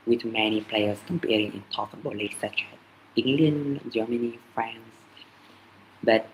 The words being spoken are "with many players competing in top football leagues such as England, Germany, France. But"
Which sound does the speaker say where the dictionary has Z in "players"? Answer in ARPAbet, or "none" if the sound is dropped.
S